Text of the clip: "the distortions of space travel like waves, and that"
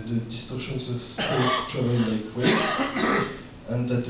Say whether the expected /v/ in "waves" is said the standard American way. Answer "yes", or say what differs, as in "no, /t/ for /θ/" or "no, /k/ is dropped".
no, /v/ is dropped